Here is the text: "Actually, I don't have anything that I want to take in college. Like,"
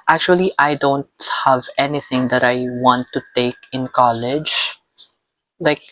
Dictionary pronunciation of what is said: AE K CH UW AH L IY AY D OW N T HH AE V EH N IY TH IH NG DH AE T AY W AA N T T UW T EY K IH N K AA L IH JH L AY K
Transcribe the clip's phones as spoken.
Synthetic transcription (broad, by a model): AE K CH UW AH L IY AY D OW N T HH AE V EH N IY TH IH NG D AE T AY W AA N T T UW T EY K IH N K AA L IH JH L AY K